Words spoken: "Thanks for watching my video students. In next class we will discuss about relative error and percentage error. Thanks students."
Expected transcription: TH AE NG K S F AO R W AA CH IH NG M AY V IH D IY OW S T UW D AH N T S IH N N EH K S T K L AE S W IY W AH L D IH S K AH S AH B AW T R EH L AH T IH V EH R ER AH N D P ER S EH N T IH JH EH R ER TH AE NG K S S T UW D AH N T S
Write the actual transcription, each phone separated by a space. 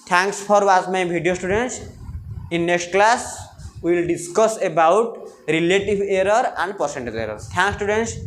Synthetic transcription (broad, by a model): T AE NG K S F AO R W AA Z M AY B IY D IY OW S T UW D AH N T S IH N N EH K S T K L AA S W IY L D IH S K AH S AH B AW T R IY L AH T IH B EH R ER AH N D P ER S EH N T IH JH EH R ER T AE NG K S S T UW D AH N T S